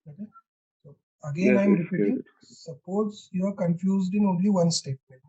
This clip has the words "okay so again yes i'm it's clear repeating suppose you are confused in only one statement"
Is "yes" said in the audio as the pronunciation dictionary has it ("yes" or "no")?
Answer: no